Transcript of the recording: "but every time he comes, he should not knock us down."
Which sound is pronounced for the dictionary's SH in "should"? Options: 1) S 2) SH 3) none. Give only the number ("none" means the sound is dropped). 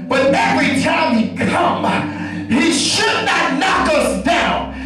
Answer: 2